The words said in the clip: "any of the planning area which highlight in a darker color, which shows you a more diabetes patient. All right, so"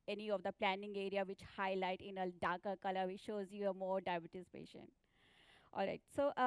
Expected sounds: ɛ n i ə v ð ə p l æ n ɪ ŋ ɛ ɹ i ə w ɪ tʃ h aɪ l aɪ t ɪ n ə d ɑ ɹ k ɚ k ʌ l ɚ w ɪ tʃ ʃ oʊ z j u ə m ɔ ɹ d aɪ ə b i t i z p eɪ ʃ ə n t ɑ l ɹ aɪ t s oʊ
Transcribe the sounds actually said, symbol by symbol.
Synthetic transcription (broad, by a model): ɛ n i ə v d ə p l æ n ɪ ŋ ɛ ɹ i ə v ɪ tʃ h aɪ l aɪ t ɪ n ə d ɑ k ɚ k ʌ l ɚ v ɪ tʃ ʃ oʊ z j u ə m ɔ ɹ d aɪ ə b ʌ t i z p eɪ ʃ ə n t ɑ l ɹ aɪ t s oʊ